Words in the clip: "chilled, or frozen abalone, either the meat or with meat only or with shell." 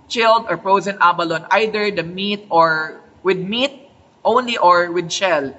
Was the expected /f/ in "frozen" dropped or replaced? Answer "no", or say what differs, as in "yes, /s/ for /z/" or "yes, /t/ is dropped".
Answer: yes, /p/ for /f/